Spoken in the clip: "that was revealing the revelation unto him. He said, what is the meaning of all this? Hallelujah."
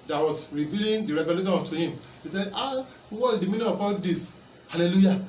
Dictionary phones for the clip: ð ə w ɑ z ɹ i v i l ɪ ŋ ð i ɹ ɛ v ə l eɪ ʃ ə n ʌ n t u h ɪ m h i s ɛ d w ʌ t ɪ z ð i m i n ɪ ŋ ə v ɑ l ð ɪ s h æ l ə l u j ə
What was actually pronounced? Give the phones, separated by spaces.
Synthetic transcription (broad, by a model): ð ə w ɑ s ɹ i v i l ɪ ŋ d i ɹ ɛ v ə l eɪ ʃ ə n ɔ t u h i m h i s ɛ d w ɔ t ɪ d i m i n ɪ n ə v ɑ l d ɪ s h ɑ l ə l u j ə